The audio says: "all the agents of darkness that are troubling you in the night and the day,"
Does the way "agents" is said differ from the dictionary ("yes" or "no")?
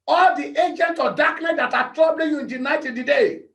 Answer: yes